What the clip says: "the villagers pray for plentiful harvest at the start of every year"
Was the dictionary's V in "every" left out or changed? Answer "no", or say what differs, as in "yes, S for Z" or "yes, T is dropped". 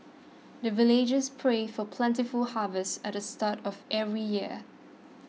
no